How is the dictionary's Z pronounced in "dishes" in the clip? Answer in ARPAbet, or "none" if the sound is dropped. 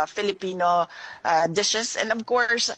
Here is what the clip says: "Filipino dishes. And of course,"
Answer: S